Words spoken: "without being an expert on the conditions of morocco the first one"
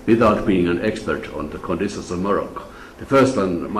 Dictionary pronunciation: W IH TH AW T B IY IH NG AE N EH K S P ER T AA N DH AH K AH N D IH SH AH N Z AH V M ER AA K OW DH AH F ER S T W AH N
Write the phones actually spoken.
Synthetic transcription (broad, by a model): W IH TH AW T B IY IH NG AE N EH K S P ER T N DH AH K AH N D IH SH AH N S AH V M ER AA K DH AH F ER S T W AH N